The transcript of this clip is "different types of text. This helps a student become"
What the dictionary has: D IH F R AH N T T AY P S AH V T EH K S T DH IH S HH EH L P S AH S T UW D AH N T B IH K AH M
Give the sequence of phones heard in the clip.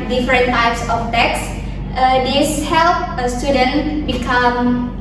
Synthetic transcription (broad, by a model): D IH F R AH N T T AY P S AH F T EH K S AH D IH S HH EH L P AH S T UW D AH N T B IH K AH M